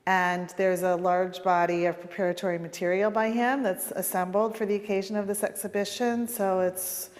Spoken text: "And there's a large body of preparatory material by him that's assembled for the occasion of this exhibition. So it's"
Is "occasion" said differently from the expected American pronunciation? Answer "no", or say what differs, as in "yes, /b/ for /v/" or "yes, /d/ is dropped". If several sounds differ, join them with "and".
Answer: no